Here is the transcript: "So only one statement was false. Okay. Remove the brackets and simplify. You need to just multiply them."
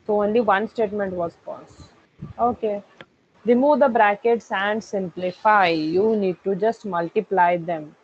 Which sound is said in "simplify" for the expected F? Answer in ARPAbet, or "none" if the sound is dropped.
F